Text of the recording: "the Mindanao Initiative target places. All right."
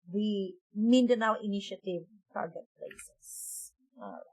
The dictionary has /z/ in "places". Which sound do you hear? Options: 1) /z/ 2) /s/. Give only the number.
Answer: 2